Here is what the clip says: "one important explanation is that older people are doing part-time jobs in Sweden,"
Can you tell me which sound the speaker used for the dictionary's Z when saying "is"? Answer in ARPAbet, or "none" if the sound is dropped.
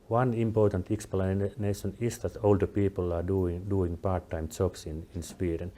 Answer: S